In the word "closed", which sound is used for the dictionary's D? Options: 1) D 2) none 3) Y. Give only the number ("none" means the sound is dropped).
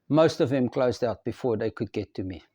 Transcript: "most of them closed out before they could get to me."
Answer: 1